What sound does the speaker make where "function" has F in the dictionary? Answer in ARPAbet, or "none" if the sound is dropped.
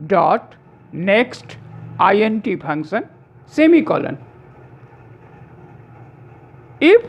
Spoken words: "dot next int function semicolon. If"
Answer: P